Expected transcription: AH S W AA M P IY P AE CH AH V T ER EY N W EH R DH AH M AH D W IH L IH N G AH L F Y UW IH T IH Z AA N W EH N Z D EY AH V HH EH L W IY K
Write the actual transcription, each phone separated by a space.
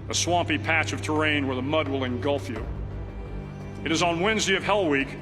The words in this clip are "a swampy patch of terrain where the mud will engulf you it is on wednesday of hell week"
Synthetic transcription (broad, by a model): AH S W AA M P IY P AE CH AH V T ER EY N W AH R DH AH M AH D W IH L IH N G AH L F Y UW IH T IH Z N W EH N Z D EY AH V HH EH L W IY K